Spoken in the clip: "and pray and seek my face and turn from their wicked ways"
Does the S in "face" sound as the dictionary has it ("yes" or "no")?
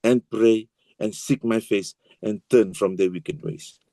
yes